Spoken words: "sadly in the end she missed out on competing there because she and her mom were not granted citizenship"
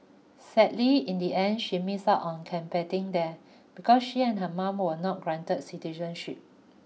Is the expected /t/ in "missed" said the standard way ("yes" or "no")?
no